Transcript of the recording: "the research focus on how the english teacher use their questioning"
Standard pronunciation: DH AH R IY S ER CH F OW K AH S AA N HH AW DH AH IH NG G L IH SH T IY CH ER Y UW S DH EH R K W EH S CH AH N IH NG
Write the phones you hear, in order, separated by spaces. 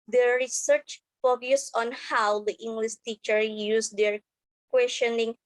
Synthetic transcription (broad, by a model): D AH R IY S ER CH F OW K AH S AA N HH AW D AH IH NG G L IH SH T IY CH ER Y UW S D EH R K W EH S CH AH N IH NG